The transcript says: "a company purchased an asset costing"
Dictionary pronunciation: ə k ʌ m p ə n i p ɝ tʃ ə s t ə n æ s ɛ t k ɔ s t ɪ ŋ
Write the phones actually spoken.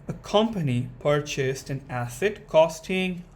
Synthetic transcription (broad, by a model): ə k ʌ m p ə n i p ɝ tʃ ə s t ə n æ s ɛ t k ɔ s t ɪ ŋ